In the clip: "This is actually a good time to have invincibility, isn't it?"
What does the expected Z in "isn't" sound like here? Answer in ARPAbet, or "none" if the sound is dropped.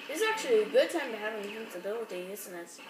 S